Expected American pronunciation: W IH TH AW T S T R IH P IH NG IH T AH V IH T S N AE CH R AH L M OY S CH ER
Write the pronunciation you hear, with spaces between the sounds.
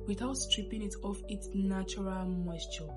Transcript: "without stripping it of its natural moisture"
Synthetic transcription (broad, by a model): W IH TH AW T S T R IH P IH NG IH T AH F IH T S N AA CH R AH L M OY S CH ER